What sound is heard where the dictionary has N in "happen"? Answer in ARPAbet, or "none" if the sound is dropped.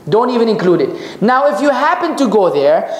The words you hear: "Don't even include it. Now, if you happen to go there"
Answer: N